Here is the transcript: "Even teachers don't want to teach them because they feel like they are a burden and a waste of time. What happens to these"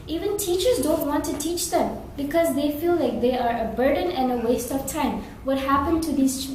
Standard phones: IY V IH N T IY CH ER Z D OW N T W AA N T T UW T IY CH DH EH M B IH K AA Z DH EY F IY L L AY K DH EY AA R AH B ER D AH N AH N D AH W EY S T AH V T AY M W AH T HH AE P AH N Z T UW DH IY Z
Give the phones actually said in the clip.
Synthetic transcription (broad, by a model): IY V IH N T IY CH ER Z D OW N T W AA N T T UW T IY CH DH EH M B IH K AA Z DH EY F IY L L AY K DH EY AA R AH B ER D AH N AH N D AH W EY S T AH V T AY M W AH T HH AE P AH N T UW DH IY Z